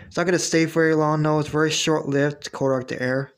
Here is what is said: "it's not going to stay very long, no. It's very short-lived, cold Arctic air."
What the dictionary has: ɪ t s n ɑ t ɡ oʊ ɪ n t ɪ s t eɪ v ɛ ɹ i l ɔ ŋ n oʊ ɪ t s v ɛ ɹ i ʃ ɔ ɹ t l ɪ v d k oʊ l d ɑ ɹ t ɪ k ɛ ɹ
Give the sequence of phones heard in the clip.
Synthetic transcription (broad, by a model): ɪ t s n ɑ t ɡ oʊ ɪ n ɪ s t eɪ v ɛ ɹ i l ɔ ŋ n oʊ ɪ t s v ɛ ɹ i ʃ ɔ ɹ t l ɪ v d k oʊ d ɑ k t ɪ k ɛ ɹ